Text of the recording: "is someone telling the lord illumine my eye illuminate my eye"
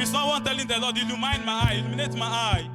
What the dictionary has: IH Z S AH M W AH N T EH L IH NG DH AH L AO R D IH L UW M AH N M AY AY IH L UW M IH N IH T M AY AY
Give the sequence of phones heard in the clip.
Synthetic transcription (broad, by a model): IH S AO W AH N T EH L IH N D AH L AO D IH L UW M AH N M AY AY IH L UW M IH N IH T M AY AY